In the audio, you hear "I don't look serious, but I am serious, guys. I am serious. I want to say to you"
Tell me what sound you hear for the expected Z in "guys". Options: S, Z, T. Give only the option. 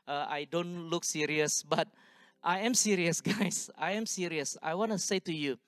S